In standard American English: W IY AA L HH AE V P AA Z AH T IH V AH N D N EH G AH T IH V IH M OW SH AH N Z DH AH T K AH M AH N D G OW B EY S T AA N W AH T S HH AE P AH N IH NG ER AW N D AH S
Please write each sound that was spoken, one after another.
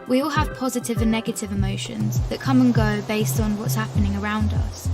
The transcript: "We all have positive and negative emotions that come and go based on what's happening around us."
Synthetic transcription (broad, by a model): W IY AA L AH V P AA Z AH T IH V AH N N EH G AH T IH V IH M OW SH AH N Z DH AH T K AH M AH N G OW B EY S T N W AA T S HH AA P AH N IH NG ER AW N D AH S